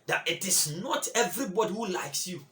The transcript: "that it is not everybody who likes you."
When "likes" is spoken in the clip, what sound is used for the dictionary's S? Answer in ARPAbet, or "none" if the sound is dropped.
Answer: S